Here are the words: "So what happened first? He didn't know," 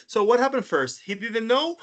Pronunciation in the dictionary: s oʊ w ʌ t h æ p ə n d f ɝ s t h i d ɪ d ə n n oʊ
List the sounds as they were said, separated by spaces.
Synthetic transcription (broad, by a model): s oʊ w ʌ t h æ p ə n d f ɝ s t h i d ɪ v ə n n oʊ